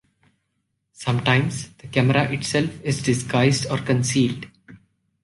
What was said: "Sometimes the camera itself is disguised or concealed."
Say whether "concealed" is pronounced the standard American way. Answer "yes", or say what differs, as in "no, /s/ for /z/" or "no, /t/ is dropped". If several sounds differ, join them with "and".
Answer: yes